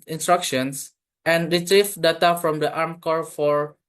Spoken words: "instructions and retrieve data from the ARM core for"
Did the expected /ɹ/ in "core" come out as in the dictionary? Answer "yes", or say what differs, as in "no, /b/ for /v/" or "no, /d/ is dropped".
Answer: yes